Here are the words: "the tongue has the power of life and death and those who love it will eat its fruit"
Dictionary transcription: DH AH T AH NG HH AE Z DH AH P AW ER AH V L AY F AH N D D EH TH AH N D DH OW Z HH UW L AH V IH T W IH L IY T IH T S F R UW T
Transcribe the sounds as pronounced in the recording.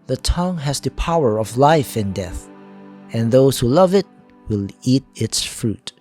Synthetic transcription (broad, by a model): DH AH T AH NG HH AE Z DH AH P AW ER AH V L AY F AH N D D EH TH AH N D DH OW S HH UW L AH V IH T W IH L IY T IH T S F R UW T